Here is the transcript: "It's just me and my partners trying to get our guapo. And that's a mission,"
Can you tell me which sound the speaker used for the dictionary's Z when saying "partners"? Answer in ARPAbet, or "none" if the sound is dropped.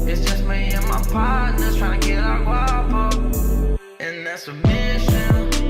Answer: none